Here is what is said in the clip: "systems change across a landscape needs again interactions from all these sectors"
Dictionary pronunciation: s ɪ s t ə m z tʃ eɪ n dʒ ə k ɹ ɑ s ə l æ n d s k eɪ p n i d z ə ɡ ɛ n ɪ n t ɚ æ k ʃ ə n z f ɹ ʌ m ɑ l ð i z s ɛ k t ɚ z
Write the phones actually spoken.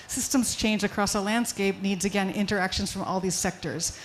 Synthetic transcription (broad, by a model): s ɪ s t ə m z tʃ eɪ n dʒ ə k ɹ ɑ s ə l æ n d s k eɪ p n i d z ə ɡ ɛ n ɪ n t ɚ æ k ʃ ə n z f ɹ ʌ m ɑ l ð i z s ɛ k t ɚ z